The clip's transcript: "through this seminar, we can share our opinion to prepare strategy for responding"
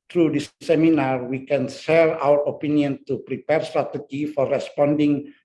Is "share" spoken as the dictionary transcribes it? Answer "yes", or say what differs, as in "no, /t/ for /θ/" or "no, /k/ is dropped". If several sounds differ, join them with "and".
no, /s/ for /ʃ/